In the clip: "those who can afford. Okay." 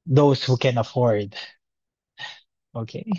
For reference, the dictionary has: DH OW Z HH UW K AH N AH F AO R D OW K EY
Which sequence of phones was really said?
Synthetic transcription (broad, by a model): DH OW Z HH UW K AH N AH F AO R D OW K EY